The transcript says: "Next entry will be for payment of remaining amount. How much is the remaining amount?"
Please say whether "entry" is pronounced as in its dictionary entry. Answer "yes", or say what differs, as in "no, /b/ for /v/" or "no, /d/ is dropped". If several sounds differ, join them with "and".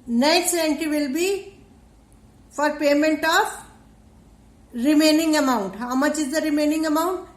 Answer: no, /ɹ/ is dropped